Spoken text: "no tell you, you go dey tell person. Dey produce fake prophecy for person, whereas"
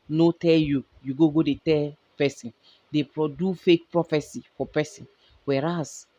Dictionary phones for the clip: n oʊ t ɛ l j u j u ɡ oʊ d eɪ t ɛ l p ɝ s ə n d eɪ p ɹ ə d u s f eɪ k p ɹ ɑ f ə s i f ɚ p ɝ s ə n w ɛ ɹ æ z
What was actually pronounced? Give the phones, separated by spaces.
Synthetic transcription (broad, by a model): n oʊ t ɛ l j u j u ɡ oʊ d eɪ t ɛ l p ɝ s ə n d eɪ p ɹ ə d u f eɪ k p ɹ ɑ f ə s i f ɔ p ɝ s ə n w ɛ ɹ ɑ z